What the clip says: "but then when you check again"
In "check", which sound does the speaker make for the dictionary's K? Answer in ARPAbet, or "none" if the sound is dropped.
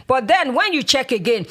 K